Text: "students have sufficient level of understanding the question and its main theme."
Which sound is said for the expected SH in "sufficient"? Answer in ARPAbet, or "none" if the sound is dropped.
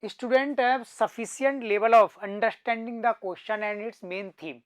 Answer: S